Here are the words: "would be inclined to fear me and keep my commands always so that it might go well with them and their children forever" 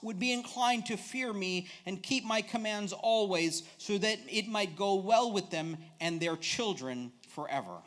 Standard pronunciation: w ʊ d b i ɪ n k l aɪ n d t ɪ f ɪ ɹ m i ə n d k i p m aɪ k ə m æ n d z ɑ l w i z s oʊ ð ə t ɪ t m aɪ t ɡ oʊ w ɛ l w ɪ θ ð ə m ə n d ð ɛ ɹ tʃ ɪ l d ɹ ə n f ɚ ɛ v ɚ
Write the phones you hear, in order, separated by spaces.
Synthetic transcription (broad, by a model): w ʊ d b i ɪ n k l aɪ n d t ɪ f ɪ ɹ m i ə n k i p m aɪ k ə m æ n d z ɑ l w i z s oʊ ð ə t ɪ t m aɪ t ɡ oʊ w ɛ l w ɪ ð ə m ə n ð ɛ ɹ tʃ ɪ l d ɹ ə n f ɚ ɛ v ɚ